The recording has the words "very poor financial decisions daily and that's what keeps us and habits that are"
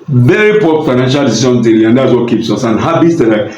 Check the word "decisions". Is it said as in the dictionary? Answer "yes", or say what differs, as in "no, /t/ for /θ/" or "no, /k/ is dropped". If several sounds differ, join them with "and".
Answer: no, /z/ is dropped